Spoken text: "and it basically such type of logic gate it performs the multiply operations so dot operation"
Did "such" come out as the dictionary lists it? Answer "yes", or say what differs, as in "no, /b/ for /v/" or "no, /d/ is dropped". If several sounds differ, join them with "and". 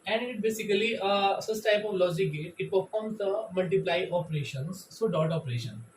no, /s/ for /tʃ/